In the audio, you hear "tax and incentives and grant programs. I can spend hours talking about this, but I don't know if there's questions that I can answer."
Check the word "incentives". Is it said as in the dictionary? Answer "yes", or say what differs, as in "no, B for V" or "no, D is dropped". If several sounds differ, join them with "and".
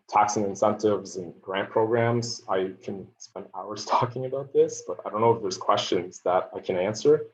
yes